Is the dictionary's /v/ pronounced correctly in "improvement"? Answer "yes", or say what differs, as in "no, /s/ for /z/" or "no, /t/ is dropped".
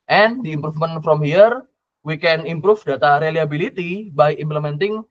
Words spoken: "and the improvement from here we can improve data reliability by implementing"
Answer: no, /f/ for /v/